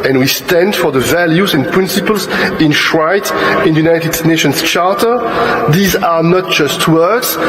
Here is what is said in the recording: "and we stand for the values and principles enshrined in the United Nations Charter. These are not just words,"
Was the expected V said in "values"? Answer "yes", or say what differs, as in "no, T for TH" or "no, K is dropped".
yes